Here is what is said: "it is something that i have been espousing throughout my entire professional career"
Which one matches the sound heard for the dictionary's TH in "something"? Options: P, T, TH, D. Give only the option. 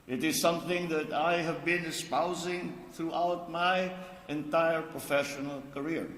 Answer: TH